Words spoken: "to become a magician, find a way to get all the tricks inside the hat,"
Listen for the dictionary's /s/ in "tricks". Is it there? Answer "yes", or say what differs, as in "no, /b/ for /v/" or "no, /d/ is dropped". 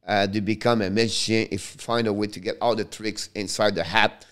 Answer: yes